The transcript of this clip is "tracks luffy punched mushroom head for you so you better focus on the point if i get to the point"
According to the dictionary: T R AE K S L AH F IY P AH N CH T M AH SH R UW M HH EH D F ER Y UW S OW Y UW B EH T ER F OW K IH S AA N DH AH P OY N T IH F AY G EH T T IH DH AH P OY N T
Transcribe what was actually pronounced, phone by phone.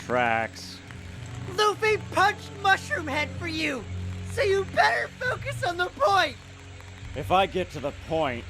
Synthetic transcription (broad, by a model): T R AE K S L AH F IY P AH N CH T M AH SH R UW M HH EH D F ER Y UW S OW Y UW B EH T ER F OW K IH S N DH AH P OY N T IH F AY G EH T T IH DH AH P OY N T